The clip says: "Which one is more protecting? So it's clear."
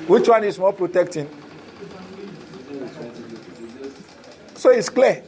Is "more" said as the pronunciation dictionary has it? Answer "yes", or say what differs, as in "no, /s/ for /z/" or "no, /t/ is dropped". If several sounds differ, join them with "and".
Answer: no, /l/ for /ɹ/